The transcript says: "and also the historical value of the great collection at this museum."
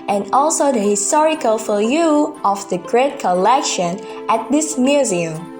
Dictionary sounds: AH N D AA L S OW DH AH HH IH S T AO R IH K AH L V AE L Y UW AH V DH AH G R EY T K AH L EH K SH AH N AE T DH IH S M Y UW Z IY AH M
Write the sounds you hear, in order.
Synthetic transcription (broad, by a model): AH N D AA L S OW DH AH HH IH S T AO R IH K AH L F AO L Y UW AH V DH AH G R EY T K AH L EH K SH AH N AE T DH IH S M Y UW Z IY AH M